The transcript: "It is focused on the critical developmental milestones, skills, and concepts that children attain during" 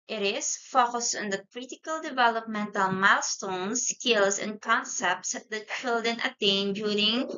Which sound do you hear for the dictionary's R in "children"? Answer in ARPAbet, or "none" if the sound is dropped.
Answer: none